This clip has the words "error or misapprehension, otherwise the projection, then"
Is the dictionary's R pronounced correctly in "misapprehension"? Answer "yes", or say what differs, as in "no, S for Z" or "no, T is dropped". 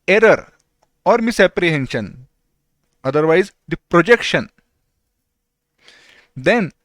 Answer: yes